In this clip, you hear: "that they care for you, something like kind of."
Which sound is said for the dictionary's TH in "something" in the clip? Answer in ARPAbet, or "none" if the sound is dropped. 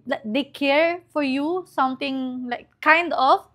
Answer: T